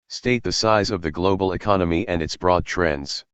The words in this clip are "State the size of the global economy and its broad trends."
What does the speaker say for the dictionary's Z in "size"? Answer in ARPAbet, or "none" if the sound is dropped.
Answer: Z